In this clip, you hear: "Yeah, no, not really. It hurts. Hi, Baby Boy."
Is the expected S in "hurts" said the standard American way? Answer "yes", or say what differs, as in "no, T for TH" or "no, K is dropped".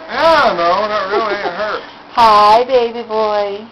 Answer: no, S is dropped